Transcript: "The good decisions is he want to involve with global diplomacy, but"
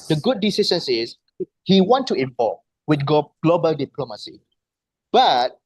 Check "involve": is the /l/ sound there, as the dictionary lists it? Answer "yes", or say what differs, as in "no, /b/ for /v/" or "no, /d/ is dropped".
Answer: no, /l/ is dropped